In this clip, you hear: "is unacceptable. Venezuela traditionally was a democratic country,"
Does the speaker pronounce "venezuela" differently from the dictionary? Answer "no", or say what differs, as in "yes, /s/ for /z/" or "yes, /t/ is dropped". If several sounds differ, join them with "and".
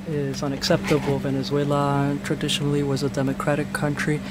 no